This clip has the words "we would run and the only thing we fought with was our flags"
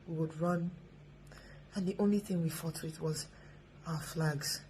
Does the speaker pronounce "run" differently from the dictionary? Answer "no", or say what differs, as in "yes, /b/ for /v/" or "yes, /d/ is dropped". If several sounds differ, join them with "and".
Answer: no